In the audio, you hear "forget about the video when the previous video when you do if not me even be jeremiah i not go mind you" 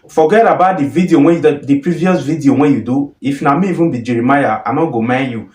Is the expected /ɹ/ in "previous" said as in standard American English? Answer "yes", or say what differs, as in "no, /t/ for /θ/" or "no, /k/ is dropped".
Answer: yes